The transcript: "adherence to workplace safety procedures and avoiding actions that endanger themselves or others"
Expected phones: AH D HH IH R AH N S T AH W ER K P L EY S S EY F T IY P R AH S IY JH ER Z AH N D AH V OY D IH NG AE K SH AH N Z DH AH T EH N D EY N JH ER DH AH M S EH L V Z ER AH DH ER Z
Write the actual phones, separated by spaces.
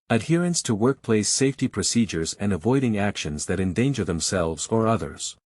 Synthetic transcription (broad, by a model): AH D HH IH R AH N S T AH W ER K P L EY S S EY F T IY P R AH S IY JH ER Z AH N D AH V OY D IH NG AE K SH AH N Z DH AH T EH N D EY N JH ER DH AH M S EH L V Z ER AH DH ER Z